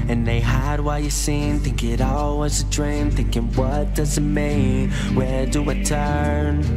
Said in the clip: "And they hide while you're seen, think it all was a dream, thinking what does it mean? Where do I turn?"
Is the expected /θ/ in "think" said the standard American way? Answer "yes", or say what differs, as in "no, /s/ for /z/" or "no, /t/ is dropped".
no, /t/ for /θ/